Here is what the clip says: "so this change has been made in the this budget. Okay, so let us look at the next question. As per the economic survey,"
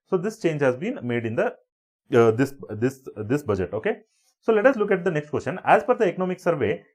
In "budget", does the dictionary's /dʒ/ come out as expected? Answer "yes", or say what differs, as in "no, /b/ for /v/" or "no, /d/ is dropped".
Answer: yes